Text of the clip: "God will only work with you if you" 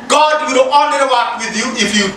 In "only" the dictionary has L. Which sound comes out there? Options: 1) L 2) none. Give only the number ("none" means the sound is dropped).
2